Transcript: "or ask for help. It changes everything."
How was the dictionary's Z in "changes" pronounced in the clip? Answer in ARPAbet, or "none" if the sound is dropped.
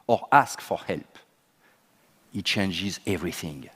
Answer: Z